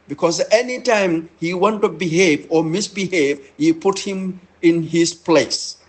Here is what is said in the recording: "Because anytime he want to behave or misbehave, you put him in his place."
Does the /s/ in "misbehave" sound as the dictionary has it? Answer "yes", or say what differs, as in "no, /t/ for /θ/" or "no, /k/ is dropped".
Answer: yes